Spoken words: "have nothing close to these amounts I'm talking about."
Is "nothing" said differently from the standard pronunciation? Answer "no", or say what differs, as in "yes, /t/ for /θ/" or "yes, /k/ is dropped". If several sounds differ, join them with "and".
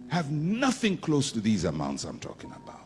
no